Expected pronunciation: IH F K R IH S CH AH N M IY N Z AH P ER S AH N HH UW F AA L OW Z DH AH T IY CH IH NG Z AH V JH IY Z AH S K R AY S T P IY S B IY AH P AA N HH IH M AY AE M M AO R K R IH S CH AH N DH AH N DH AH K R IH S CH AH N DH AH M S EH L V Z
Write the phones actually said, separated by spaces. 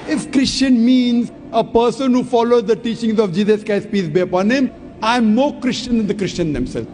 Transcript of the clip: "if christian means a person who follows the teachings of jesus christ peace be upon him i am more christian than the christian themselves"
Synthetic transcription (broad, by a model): IH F K R IH S CH AH N M IY N Z AH P ER S AH N HH UW F AA L OW Z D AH T IY CH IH NG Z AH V JH IY Z AH S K AY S P IY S B IY AH P AA N HH IH M AY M M AO R K R IH S CH AH N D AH N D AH K R IH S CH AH N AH M S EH L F